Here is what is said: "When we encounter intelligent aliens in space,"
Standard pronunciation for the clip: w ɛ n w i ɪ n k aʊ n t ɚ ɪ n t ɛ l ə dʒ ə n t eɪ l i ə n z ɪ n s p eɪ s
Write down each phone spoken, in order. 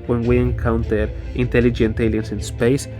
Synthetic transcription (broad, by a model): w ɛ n w i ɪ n k aʊ n t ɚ ɪ n t ɛ l ə dʒ ə n t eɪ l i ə n s ɪ n s p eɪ s